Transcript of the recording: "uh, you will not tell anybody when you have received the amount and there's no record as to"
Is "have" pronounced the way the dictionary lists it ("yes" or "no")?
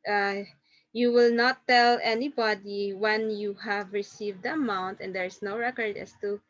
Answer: yes